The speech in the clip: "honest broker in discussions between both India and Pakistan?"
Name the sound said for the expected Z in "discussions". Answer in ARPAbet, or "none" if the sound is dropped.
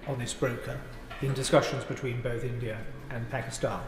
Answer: Z